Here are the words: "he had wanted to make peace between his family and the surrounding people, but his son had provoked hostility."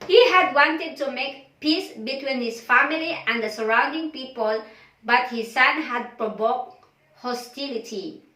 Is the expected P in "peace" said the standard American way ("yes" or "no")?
yes